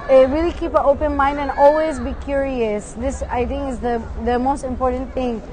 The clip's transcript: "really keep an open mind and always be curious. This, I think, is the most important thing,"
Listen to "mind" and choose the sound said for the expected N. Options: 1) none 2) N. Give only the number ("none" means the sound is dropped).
2